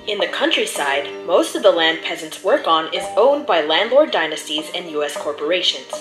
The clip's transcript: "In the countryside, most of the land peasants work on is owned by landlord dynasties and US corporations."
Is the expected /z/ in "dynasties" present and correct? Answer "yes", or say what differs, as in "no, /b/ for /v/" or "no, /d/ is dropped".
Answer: yes